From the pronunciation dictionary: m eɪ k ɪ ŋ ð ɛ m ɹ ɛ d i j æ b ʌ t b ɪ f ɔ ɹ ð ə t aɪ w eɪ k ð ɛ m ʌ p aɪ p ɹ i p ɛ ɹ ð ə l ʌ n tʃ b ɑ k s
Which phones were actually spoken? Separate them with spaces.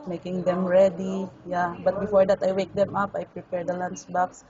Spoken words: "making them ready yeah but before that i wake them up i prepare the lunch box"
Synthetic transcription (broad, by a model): m eɪ k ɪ ŋ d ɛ m ɹ ɛ d i j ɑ b ʌ t b ɪ f ɔ ɹ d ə t aɪ w eɪ k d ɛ m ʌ p aɪ p ɹ i p ɛ ɹ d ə l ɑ n s b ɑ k s